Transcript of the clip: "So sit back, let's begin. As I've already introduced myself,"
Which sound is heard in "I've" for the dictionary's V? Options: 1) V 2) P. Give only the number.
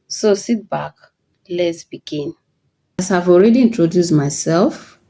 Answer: 1